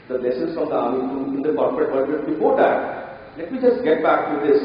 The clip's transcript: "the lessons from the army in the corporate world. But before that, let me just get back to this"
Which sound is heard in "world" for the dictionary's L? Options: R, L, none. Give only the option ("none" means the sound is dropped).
none